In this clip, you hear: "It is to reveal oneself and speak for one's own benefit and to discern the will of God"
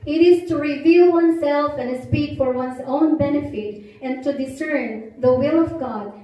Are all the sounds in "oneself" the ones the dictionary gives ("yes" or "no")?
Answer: yes